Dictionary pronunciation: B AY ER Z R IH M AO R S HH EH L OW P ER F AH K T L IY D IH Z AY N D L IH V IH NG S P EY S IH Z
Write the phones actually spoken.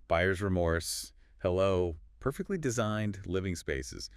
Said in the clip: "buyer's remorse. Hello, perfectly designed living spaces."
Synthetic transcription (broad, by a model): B AY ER Z R IH M AO R S HH EH L OW P ER F AH K T L IY D IH Z AY N D L IH V IH NG S P EY S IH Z